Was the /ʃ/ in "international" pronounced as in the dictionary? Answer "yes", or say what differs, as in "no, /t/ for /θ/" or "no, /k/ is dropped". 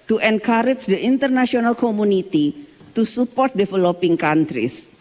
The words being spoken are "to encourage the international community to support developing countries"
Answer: no, /s/ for /ʃ/